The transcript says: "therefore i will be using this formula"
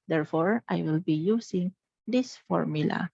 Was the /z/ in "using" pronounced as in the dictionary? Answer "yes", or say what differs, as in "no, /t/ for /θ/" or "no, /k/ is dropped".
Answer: no, /s/ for /z/